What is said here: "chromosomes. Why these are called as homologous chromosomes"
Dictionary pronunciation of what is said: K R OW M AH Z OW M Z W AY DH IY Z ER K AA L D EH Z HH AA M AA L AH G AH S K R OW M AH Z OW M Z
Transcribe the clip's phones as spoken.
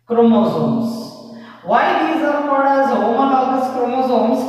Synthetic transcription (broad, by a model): K R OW M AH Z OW M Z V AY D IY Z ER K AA D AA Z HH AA M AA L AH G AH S K R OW M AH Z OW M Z